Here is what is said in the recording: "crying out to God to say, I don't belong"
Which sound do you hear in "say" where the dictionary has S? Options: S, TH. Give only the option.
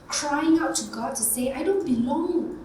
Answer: S